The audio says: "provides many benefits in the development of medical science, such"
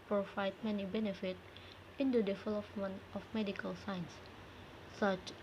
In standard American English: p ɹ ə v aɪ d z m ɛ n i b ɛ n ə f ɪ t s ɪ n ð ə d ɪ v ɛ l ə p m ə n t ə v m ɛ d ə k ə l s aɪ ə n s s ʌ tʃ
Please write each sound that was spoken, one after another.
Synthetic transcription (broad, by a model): p ɹ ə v aɪ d m ɛ n i b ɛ n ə f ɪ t ɪ n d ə d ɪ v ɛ l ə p m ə n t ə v m ɛ d ə k ə l s aɪ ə n s s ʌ tʃ